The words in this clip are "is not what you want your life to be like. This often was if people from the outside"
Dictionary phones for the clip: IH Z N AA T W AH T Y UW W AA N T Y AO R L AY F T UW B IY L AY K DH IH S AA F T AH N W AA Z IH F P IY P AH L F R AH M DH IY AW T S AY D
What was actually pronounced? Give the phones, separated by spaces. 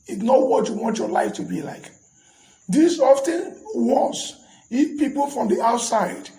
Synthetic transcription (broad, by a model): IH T N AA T W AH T Y UW W AA N T Y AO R L AY F T UW B IY L AY K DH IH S AA F T AH N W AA S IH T P IY P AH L F R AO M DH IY AW T S AY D